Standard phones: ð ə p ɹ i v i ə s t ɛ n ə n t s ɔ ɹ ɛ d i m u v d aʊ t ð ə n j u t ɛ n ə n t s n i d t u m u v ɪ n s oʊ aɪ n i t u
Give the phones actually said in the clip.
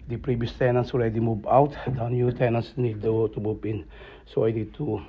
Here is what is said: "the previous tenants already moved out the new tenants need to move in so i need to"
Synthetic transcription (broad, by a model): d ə p ɹ i v i ə s t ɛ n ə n s ɔ ɹ ɛ d i m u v aʊ t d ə n j u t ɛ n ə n s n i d t u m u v ɪ n s oʊ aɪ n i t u